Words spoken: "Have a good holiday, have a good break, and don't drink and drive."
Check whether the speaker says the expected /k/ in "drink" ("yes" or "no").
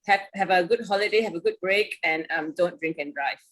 yes